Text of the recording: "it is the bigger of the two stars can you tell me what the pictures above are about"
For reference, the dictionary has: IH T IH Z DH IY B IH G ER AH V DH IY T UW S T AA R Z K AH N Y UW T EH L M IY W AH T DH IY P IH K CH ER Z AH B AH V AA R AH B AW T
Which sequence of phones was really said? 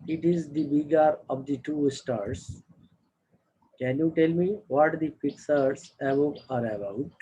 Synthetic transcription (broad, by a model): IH T IH Z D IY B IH G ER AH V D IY T UW S T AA R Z K AH N Y UW T EH L M IY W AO T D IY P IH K S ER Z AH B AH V AA R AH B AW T